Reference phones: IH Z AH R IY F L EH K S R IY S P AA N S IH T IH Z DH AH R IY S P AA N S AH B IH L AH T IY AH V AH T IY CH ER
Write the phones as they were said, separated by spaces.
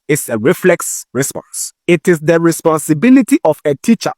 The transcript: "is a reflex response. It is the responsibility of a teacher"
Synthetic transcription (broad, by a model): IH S AH R IY F L EH K S R IY S P AA N S IH T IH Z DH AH R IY S P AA N S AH B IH L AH T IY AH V AH T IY CH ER